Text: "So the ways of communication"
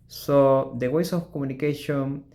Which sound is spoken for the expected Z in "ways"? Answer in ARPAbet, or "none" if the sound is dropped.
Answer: S